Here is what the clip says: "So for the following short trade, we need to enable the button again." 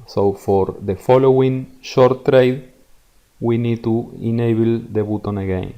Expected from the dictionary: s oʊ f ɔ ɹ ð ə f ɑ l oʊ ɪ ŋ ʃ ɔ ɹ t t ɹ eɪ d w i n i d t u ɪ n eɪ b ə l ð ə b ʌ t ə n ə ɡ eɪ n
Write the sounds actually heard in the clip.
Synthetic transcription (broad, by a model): s oʊ f ɔ ɹ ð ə f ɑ l oʊ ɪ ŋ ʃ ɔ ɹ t t ɹ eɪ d w i n i d t u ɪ n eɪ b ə l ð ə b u t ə n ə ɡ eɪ n